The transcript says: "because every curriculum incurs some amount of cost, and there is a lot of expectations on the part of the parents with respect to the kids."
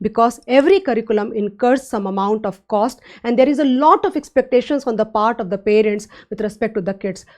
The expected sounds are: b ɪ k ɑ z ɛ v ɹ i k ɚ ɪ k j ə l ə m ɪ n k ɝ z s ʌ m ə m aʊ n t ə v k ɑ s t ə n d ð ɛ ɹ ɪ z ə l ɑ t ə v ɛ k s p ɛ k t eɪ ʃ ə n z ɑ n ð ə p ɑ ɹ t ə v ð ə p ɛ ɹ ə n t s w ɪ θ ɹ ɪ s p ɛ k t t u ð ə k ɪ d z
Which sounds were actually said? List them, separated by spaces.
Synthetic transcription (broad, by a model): b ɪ k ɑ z ɛ v ɹ i k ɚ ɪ k j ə l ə m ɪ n k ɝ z s ʌ m ə m aʊ n t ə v k ɑ s t ə n d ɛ ɹ ɪ z ə l ɑ t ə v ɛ k s p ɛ k t eɪ ʃ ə n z ɑ n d ə p ɑ ɹ t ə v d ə p ɛ ɹ ə n t s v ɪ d ɹ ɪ s p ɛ k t t u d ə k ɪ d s